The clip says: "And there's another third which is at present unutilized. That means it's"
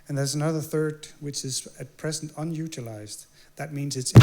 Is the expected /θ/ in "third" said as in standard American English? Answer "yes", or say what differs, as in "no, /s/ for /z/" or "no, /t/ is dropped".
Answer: yes